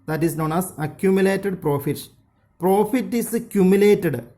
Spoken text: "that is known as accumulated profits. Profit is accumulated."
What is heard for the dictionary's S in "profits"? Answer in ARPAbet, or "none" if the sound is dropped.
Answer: none